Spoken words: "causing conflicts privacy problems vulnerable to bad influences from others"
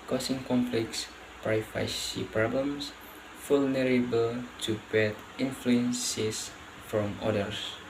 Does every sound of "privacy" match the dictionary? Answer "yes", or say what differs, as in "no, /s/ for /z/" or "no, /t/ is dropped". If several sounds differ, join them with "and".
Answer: no, /f/ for /v/